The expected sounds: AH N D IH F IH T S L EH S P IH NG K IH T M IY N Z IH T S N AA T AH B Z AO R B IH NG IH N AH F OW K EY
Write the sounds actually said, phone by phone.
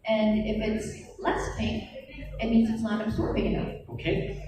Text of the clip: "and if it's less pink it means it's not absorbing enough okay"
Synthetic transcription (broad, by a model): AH N IH F IH T S L EH S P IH K IH T M IY N Z IH T S N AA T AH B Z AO R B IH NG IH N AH OW K EY